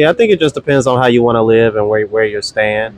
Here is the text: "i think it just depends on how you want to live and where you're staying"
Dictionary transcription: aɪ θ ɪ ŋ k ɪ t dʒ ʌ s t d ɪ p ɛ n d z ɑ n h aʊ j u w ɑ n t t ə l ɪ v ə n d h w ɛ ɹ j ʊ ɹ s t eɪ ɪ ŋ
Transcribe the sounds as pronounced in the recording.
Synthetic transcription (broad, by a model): aɪ θ ɪ ŋ k ɪ t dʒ ʌ s d ɪ p ɛ n d z n h aʊ j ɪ w ɑ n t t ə l ɪ v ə n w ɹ w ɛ ɹ j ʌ ɹ s t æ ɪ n